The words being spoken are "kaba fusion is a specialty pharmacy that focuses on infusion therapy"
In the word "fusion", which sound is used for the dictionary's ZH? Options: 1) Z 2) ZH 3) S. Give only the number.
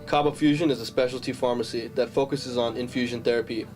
2